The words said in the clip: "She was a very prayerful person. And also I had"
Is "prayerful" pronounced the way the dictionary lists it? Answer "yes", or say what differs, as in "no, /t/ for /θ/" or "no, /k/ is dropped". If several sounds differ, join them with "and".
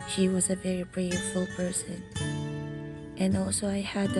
no, /b/ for /p/